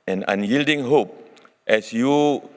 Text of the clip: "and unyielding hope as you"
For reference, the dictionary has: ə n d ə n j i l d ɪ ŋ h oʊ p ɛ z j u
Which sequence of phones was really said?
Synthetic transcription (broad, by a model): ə n ə n j i l d ɪ ŋ h oʊ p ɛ s j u